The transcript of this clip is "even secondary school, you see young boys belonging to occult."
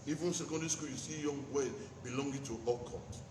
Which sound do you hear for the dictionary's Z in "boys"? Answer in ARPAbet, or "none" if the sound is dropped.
none